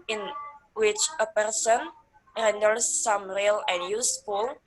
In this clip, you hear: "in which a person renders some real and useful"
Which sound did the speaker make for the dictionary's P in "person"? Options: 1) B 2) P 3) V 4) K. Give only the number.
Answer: 2